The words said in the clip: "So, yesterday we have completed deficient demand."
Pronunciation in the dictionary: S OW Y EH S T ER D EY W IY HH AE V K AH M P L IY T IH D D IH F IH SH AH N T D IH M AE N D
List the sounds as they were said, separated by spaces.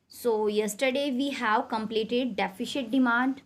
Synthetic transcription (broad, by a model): S OW Y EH S T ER D EY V IY HH AE V K AH M P L IY T IH D D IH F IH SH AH T D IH M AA N D